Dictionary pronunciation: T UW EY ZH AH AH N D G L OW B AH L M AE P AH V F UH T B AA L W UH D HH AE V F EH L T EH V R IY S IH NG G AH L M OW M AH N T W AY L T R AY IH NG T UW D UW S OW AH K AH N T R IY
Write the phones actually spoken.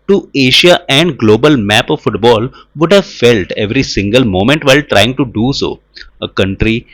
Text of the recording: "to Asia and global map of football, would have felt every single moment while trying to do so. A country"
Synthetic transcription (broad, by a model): T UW EY SH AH AH N D G L OW B AH L M AE P AH V F UH T B AA L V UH D HH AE V F EH L T EH V R IY S IH NG G AH L M OW M AH N T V AY L T R AY IH NG T UW D UW S OW AH K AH N T R IY